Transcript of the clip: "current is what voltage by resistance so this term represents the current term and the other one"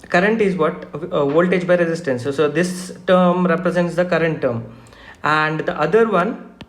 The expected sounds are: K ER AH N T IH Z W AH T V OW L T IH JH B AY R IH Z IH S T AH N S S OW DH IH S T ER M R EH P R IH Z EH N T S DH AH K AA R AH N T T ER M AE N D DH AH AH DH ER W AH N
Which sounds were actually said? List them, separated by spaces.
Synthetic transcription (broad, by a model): K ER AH N T IH Z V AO T V OW L T IH JH B AY R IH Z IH S T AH N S S OW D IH S T ER M R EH P R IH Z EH N T S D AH K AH R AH N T T ER M AE N D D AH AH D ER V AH N